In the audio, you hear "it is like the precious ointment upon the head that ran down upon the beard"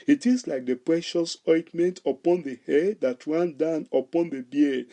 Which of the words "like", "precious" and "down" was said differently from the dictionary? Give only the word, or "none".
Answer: none